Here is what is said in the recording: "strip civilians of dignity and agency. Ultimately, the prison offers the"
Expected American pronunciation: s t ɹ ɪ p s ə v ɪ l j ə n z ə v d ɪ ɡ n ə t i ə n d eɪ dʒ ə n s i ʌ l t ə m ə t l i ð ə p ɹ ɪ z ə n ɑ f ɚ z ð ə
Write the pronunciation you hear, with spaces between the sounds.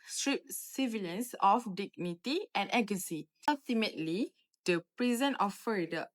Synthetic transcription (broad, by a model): s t ɹ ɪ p s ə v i l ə n s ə f d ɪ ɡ n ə t i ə n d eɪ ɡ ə s i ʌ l t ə m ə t l i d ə p ɹ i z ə n ɑ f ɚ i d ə